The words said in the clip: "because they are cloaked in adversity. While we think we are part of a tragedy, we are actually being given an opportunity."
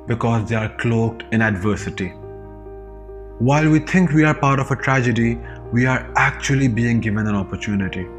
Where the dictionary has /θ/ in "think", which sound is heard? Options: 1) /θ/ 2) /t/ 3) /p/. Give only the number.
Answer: 2